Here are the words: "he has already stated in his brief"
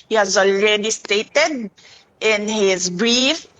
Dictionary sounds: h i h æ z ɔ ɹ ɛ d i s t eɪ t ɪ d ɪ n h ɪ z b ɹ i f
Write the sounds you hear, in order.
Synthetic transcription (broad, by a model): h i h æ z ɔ l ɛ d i s t eɪ t ɪ d ɪ n h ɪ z b ɹ i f